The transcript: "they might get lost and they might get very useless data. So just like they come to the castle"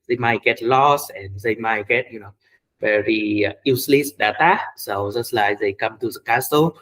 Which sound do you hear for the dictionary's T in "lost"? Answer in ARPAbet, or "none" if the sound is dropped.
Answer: none